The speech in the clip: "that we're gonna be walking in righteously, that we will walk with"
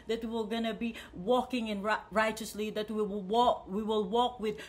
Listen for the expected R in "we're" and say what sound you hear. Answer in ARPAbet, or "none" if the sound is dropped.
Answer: W